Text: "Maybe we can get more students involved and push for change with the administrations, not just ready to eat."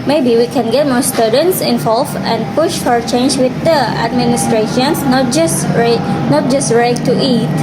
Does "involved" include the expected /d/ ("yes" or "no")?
no